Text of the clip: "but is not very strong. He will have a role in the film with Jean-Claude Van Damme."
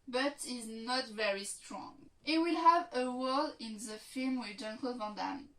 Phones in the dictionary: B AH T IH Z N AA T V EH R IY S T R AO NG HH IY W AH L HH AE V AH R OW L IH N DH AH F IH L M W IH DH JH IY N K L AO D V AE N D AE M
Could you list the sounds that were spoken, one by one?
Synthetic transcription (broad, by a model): B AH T IH Z N AA T V EH R IY S T R AO NG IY W AH L HH AE V AH W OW L IH N DH AH F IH L M W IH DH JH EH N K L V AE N D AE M